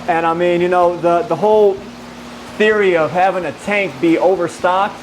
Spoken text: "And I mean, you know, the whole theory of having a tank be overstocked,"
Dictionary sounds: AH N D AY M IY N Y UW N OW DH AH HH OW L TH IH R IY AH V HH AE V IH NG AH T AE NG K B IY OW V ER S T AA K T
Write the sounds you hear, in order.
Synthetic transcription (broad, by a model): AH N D AY M IY N Y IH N OW DH AH HH OW L TH IH R IY AH V HH AE V IH NG AH T AE NG K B IY OW V ER S T AA K T